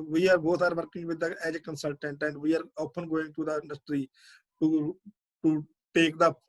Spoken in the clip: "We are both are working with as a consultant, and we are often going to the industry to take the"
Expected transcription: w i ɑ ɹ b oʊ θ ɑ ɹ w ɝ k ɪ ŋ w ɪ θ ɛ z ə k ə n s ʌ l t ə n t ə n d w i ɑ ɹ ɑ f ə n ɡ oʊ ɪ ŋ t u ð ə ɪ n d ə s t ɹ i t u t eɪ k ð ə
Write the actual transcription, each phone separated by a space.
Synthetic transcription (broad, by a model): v i ɑ ɹ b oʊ t ɑ ɹ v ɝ k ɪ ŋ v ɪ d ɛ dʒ ə k ə n s ʌ l t ə n t ə n d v i ɑ ɹ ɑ p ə n ɡ oʊ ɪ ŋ t u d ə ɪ n d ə s t ɹ i t u t eɪ k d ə